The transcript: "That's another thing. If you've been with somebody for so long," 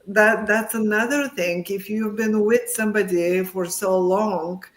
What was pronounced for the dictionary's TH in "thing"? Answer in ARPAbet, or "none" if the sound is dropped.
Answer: TH